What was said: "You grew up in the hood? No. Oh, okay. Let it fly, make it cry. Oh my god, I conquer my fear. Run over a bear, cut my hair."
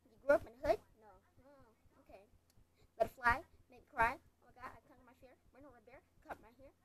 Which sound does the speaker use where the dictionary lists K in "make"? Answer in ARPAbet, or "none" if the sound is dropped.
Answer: none